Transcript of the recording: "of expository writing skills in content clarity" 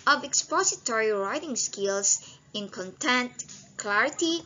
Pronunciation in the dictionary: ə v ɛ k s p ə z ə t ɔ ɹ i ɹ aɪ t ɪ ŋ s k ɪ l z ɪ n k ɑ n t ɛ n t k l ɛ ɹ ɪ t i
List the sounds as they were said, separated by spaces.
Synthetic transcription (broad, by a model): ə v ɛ k s p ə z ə t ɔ ɹ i ɹ aɪ t ɪ ŋ s k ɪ l s ɪ n k ɑ n t ɛ n t k l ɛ ɹ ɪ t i